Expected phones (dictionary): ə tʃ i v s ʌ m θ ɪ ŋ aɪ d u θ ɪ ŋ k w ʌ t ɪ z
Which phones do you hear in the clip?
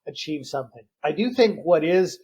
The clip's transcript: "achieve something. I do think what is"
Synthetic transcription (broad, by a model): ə tʃ i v s ʌ m θ ɪ ŋ aɪ d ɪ θ ɪ ŋ k w ʌ t ɪ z